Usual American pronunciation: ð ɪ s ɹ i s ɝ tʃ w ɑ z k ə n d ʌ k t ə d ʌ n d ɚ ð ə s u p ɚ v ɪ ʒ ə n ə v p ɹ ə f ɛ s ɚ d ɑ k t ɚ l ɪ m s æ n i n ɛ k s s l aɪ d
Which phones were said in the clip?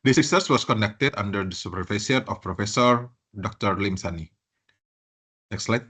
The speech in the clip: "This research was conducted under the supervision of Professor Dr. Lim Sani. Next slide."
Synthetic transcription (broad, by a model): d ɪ s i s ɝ s w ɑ s k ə n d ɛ k t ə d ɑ n d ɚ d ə s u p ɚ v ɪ s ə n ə f p ɹ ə f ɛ s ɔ d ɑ k t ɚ l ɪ m s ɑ n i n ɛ k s s l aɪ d